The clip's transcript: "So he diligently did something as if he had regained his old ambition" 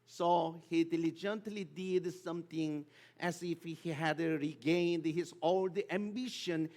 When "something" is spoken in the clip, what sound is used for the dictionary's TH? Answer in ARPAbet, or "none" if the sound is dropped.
T